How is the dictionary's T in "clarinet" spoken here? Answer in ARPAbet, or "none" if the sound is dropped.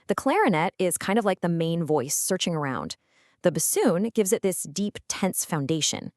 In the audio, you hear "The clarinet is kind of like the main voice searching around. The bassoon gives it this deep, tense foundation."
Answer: T